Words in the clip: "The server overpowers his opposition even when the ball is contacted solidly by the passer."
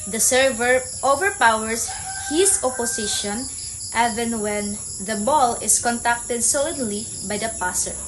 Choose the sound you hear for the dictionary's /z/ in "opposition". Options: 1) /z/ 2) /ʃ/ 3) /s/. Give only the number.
3